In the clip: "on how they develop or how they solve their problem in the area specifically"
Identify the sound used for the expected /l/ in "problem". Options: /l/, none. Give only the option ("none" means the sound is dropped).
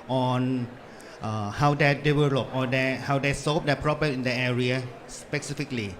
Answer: none